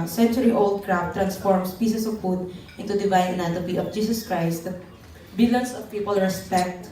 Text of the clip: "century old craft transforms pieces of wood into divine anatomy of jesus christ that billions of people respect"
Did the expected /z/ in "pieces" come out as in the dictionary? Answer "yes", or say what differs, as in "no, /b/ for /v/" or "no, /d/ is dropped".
no, /s/ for /z/